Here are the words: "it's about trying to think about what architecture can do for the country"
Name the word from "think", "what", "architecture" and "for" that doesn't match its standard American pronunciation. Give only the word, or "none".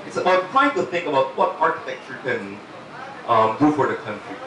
none